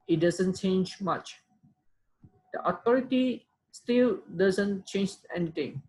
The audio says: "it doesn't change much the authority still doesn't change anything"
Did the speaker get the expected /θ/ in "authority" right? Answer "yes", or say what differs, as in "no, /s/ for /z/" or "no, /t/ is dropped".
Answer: no, /t/ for /θ/